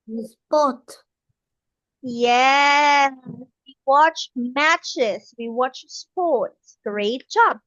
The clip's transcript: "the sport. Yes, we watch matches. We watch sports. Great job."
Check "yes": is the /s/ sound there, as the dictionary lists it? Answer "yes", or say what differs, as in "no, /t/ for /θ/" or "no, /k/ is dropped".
no, /s/ is dropped